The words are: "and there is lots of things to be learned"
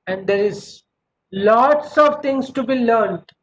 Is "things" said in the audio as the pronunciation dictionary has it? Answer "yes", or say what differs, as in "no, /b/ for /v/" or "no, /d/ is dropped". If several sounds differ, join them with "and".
no, /t/ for /θ/